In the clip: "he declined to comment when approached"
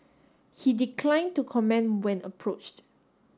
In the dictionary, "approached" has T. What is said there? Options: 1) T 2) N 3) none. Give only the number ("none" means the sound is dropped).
1